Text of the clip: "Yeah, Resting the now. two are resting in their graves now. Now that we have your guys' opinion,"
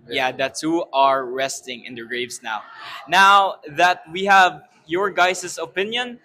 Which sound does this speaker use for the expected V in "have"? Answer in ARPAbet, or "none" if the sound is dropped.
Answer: V